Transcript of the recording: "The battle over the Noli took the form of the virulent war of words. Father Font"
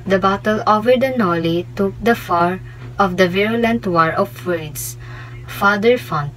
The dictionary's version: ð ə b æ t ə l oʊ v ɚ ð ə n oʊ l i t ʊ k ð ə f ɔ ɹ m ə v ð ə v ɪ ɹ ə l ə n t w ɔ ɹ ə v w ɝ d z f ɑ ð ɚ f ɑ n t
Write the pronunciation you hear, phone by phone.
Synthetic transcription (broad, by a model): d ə b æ t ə l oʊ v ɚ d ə n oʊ l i t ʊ k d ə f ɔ ɹ ə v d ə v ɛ ɹ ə l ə n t w ɔ ɹ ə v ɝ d s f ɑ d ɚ f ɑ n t